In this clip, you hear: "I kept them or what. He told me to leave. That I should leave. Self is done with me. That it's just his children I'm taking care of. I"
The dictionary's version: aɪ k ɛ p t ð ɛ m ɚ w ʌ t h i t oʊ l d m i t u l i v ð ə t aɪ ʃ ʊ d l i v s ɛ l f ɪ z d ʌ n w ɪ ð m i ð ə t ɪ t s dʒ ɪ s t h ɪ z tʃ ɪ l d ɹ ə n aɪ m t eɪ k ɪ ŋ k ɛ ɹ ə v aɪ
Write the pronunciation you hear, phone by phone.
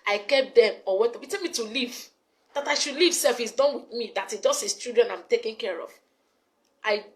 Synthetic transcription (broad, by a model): aɪ k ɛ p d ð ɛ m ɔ w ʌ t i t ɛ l m i t u l i v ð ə t aɪ ʃ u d l i v s ɛ l f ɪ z d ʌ n w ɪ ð m i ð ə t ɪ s dʒ ɪ s t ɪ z tʃ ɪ d ɹ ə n aɪ m t eɪ k ɪ ŋ k ɛ ɹ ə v aɪ